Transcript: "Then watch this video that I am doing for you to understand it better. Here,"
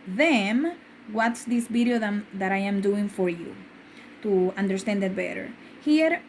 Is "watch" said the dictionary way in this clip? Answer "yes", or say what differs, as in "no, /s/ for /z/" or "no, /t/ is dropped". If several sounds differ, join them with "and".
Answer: no, /s/ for /tʃ/